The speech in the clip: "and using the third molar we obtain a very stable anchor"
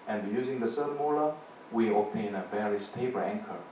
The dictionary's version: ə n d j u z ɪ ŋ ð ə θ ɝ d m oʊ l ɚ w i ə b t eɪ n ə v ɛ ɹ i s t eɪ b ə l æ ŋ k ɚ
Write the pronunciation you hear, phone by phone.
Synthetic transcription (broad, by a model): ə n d j u z ɪ ŋ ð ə s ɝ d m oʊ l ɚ w i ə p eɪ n ə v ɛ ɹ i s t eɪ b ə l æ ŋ k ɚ